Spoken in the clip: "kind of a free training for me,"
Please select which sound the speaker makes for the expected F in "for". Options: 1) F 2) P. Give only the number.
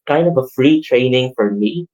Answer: 1